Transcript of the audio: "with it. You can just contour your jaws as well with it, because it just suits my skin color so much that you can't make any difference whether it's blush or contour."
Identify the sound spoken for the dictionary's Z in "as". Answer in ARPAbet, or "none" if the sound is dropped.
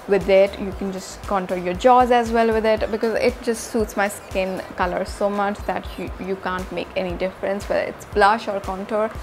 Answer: Z